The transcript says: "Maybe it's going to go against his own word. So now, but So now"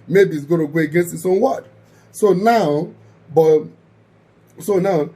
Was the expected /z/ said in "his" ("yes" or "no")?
no